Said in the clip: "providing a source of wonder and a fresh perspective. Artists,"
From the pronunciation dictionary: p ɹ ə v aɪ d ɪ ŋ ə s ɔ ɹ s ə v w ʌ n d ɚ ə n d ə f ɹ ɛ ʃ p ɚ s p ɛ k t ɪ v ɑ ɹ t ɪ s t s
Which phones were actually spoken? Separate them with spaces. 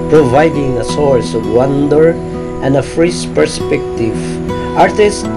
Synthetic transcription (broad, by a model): p ɹ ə v aɪ d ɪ ŋ ə s ɔ ɹ s ə v w ʌ n d ɚ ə n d ə f ɹ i s p ɚ s p ɛ k t ɪ v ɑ ɹ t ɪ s s